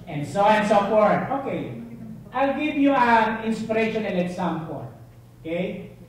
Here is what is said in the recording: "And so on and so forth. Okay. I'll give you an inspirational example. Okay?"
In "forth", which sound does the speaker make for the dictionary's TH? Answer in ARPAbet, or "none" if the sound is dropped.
T